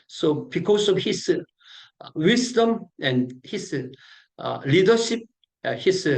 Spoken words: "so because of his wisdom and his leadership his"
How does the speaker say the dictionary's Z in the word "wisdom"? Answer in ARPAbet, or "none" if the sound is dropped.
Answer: S